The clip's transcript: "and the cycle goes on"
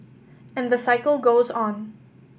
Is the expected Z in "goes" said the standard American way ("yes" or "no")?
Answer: yes